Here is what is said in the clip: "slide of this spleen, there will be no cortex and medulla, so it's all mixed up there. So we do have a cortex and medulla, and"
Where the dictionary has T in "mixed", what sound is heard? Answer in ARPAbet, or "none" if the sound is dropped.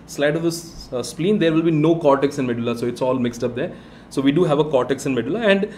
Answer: T